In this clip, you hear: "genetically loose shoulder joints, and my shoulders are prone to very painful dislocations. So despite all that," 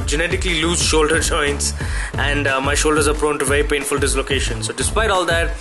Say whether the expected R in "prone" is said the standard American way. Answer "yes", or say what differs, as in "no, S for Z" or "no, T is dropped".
yes